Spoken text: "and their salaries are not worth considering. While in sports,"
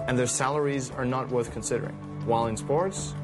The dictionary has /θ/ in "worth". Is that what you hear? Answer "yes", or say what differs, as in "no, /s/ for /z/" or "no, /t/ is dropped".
yes